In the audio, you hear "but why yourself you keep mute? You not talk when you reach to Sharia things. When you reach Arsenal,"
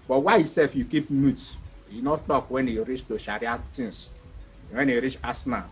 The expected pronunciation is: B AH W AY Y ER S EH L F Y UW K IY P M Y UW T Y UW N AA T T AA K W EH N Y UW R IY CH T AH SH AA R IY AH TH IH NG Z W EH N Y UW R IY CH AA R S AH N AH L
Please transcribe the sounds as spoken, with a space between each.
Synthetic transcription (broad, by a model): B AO W AY S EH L F Y UW K IY P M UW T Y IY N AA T T AA K W EH N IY R IY CH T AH SH AA R IY AH T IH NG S W EH N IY R IY CH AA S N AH